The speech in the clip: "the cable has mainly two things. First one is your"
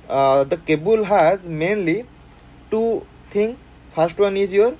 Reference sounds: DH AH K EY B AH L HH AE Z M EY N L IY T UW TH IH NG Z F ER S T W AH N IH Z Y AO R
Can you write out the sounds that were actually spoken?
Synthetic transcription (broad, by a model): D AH K EY B AH L HH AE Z M EY N L IY T UW T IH NG F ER S T W AH N IH Z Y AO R